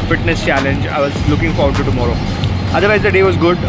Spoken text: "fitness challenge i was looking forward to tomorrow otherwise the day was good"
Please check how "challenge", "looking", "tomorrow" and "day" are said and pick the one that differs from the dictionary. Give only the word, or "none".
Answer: none